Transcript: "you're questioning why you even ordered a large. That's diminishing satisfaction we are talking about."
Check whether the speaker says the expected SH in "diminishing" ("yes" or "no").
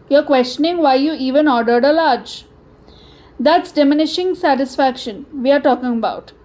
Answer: yes